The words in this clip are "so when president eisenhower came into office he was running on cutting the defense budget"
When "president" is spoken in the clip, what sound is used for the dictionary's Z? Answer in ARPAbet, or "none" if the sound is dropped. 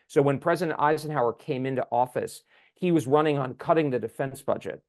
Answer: Z